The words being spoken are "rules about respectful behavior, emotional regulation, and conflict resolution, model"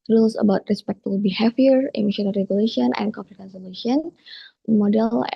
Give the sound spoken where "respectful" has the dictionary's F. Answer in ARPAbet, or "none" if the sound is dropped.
none